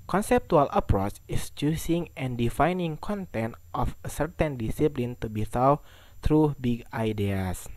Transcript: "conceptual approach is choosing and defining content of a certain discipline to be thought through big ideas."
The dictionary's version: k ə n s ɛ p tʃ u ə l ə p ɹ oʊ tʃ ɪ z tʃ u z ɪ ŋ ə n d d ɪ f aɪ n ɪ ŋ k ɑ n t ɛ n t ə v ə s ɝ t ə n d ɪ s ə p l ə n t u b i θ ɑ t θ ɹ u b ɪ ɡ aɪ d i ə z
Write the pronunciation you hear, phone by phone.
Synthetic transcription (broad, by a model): k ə n s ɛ p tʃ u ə l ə p ɹ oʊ tʃ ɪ s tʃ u s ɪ ŋ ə n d d ɪ f aɪ n ɪ ŋ k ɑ n t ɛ n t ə f ə s ɝ t ə n d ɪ s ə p l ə n t u b i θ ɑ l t ɹ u b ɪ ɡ aɪ d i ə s